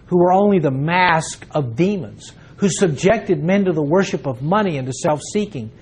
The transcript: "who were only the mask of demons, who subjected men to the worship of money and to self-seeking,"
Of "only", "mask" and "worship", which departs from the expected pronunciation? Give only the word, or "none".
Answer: none